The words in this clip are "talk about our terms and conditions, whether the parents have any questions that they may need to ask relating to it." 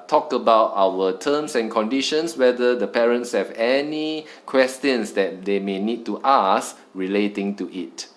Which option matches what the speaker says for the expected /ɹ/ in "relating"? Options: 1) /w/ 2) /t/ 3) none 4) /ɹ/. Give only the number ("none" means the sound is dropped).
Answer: 4